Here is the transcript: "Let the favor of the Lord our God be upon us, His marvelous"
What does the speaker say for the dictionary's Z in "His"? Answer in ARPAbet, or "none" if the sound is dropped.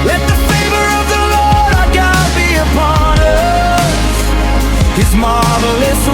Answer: Z